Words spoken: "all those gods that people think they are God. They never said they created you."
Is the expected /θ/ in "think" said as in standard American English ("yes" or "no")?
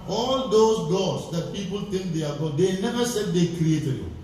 no